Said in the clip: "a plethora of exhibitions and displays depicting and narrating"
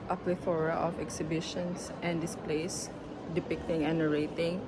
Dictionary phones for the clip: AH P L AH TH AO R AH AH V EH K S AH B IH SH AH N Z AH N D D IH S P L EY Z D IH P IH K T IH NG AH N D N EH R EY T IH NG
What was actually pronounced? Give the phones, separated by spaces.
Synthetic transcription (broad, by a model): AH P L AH F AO R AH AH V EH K S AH B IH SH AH N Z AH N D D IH S P L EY S D IH P IH K T IH NG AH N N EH R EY T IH NG